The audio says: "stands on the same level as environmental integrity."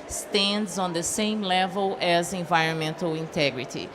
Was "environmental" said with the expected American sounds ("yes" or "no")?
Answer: yes